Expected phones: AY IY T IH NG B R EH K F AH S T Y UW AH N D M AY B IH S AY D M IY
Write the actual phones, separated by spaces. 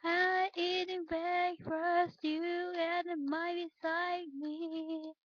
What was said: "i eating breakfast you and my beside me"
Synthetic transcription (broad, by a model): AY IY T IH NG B EH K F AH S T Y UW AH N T M AY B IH S AY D M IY